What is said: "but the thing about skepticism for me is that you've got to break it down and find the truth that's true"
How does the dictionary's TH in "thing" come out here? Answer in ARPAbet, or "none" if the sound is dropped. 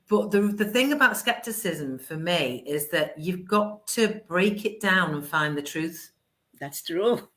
TH